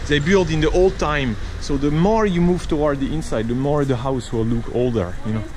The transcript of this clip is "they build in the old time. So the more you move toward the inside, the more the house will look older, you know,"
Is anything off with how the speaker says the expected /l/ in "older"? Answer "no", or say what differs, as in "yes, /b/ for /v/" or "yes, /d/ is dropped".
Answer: no